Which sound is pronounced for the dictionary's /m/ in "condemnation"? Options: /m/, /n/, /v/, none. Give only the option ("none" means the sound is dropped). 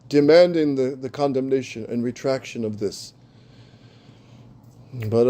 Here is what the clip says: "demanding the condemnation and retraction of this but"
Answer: /m/